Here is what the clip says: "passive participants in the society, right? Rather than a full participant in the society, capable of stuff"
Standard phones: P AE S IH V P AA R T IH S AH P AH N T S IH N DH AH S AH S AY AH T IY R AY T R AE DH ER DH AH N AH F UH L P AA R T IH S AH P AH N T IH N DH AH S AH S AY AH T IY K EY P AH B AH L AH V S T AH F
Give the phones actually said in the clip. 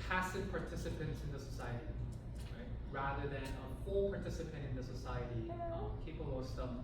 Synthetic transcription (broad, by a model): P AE S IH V P AA R T IH S AH P AH N T S IH N DH AH S AH S AY AH T IY R AY T R AE DH ER DH AH N AH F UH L P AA R T IH S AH P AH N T IH N DH AH S AH S AY AH T IY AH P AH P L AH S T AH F